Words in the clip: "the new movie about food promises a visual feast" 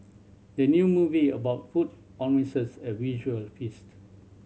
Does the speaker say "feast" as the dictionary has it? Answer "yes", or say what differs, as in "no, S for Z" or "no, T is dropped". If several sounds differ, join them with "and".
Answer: yes